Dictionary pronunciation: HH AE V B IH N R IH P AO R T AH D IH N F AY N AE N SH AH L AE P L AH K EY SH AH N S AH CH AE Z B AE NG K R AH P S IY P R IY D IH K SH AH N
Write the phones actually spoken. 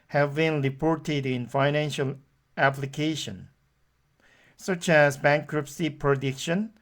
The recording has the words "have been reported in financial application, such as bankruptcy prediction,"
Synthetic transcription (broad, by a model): HH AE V B IH N R IH P AO R T AH D IH N F AY N AE N SH AH L AE P L AH K EY SH AH N S AH CH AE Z B AE NG K R AH P S IY P R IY D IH K SH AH N